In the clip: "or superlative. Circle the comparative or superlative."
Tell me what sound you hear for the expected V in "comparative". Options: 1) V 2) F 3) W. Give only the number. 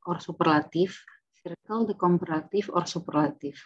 2